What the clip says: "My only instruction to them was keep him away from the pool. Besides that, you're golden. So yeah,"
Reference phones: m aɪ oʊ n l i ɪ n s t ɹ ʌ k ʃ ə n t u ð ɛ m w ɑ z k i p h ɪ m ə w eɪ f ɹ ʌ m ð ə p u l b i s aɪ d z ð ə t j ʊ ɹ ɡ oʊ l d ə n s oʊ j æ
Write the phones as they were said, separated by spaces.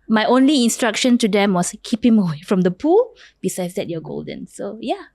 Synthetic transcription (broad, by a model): m aɪ oʊ n l i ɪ n s t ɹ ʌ k ʃ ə n t u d ɛ m w ɑ s k i p h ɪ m ə w eɪ f ɹ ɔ m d ə p u l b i s aɪ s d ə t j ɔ ɡ oʊ l d ə n s oʊ j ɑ